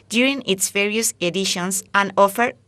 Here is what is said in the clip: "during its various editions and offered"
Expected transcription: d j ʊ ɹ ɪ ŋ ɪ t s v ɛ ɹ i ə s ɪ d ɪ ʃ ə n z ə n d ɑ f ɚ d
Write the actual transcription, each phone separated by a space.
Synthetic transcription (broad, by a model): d j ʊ ɹ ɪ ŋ ɪ t s v ɛ ɹ i ə s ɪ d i ʃ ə n s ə n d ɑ f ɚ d